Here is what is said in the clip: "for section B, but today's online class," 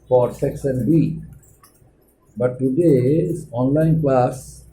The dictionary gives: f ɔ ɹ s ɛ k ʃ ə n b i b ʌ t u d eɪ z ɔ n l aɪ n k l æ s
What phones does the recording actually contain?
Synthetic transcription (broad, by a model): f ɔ ɹ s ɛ k s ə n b i b ʌ t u d eɪ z ɔ n l aɪ n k l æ s